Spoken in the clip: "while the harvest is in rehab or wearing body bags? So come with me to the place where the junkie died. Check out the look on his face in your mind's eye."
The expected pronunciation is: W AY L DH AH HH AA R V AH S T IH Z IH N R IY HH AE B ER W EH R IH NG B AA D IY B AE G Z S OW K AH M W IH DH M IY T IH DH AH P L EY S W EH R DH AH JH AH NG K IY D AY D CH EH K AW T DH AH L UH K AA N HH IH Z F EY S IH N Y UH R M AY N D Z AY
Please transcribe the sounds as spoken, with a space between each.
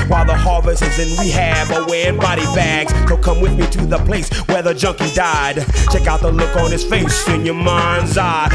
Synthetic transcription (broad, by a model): W AY L DH AH HH AA R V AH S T IH Z IH N W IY HH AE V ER W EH IH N B AA D IY B AE G Z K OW K AH M W IH DH M IY T IH DH AH P L EY S W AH R DH AH JH AH NG K IY D AY D CH EH K AW T DH AH L UH K N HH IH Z F EY S IH N Y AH R M AY N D Z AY